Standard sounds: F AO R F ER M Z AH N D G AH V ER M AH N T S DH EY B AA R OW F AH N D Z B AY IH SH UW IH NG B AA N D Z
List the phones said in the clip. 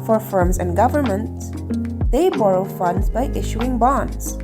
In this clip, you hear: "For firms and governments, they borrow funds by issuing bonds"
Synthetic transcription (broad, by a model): F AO R F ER M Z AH N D G AH V ER M AH N T S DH EY B AA R OW F AH N D Z B AY IH SH UW IH NG B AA N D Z